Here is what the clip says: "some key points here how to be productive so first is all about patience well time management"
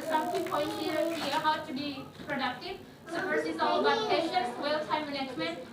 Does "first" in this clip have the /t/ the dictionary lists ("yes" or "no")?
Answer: no